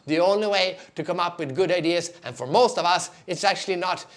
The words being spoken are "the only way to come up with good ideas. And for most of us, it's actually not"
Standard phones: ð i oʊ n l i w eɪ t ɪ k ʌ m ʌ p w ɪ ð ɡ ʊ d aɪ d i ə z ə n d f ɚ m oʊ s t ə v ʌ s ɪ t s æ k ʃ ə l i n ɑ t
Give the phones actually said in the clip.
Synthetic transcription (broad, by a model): ð i oʊ n l i w eɪ t ɪ k ʌ m ʌ p w ɪ ð ɡ ʊ d aɪ d i ə z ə n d f ɚ m oʊ s t ə v ʌ s ɪ t s æ k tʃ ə l i n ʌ t